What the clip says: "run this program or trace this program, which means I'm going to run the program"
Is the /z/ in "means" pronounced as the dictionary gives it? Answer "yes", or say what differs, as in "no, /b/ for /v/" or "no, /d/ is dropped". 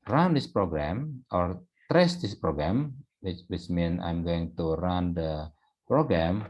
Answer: no, /z/ is dropped